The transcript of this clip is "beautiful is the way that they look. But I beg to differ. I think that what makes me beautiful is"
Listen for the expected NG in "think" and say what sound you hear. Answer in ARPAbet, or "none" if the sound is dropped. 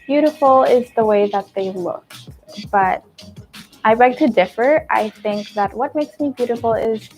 NG